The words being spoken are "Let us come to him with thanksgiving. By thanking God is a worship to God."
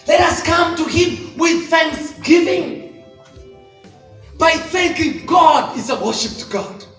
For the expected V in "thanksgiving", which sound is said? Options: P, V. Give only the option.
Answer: V